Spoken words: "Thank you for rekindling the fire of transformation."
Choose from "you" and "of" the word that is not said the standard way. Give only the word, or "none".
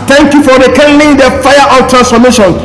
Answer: of